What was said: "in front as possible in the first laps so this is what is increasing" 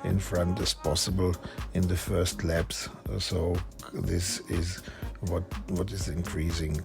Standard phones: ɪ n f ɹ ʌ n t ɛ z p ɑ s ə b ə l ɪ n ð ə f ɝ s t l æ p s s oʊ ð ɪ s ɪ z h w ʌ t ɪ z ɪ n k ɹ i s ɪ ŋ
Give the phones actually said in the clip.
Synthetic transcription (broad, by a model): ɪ n f ɹ ʌ n t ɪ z p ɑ s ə b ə l ɪ n ð ə f ɝ s t l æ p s s oʊ ð ɪ s ɪ z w w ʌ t ɪ z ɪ n k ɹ i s ɪ ŋ